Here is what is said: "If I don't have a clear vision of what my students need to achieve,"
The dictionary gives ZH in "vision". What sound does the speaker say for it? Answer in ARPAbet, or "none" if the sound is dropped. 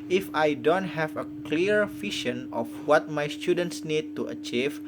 SH